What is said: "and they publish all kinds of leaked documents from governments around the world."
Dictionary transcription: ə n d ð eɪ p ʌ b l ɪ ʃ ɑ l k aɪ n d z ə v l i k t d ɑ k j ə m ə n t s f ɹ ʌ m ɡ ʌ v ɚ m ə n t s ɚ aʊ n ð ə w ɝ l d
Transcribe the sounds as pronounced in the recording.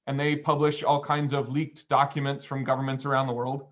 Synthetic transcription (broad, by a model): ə n ð eɪ p ʌ b l ɪ ʃ ɑ l k aɪ n d z ə v l i k t d ɑ k j ə m ə n t s f ɹ ʌ m ɡ ʌ v ɚ m ə n t s ɚ aʊ n ð ə w ɝ l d